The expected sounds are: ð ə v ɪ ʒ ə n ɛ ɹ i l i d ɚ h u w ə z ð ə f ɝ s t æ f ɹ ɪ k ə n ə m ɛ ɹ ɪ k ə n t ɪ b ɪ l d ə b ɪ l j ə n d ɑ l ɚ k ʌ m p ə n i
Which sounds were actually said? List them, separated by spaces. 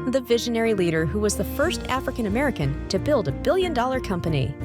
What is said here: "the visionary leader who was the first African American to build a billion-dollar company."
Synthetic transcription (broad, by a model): ð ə v ɪ ʒ ə n ɛ ɹ i l i d ɚ h u w ə z ð ə f ɝ s t æ f ɹ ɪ k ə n ə m ɛ ɹ ɪ k ə n t ɪ b ɪ l d ə b ɪ l j ə n d ɑ l ɚ k ʌ m p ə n i